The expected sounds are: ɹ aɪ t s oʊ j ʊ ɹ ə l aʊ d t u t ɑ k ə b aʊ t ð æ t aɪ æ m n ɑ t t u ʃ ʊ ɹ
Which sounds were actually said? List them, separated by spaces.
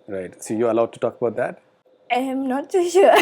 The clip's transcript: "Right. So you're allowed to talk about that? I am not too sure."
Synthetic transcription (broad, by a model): ɹ aɪ t s oʊ j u ə l aʊ d t u t ɑ k ə b aʊ t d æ t aɪ m n ɑ t s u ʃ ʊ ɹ